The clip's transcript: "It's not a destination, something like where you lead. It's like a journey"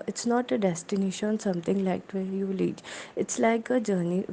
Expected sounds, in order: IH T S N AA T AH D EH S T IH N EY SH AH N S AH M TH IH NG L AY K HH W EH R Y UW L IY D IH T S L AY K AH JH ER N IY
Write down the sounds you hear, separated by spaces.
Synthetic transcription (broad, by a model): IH T S N AA T AH D EH S T IH N EY SH AH N S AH M T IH NG L AY K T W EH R Y UW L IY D IH T S L AY K AH JH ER N IY